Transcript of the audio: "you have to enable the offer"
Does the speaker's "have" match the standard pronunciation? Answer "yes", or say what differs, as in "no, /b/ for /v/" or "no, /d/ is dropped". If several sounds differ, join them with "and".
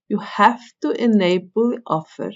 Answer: no, /f/ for /v/